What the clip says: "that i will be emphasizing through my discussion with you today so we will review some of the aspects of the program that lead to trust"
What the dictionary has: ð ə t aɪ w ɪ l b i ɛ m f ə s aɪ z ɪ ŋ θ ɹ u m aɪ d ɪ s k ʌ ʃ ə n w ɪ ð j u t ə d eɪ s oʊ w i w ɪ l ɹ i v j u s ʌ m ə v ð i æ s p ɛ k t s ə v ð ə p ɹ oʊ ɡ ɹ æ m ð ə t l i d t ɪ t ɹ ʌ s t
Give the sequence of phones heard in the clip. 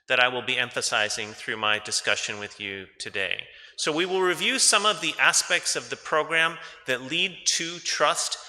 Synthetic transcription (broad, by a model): ð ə t aɪ w ɪ l b i ɛ m f ə s aɪ z ɪ ŋ θ ɹ u m aɪ d ɪ s k ʌ ʃ ə n w ɪ ð j u t ə d eɪ s oʊ w i w ɪ l ɹ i v j u s ʌ m ə v ð i æ s p ɛ k t s ə v ð ə p ɹ oʊ ɡ ɹ æ m ð ə t l i d t ɪ t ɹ ʌ s t